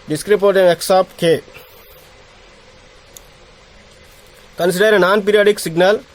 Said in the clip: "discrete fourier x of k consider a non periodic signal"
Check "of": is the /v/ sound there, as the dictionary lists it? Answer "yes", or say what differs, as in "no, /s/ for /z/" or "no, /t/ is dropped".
no, /p/ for /v/